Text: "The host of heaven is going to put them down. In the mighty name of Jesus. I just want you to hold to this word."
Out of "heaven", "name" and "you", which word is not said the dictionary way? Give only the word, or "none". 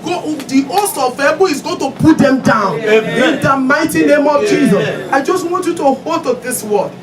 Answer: heaven